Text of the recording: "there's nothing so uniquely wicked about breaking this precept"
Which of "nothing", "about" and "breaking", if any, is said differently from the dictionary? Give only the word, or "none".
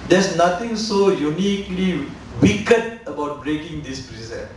nothing